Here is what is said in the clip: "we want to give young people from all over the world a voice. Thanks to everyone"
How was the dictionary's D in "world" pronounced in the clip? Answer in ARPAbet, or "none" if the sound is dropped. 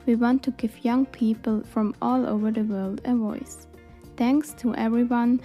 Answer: D